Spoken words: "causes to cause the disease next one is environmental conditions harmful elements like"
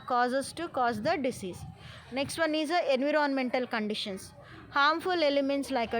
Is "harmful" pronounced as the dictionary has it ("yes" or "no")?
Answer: yes